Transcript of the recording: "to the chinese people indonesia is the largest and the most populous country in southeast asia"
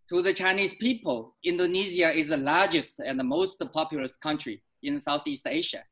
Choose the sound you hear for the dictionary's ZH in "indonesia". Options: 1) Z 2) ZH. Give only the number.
1